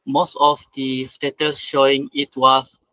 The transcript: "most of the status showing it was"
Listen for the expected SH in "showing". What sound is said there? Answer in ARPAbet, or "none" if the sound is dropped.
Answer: SH